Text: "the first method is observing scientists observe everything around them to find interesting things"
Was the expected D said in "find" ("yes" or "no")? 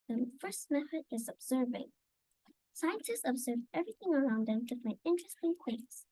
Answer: no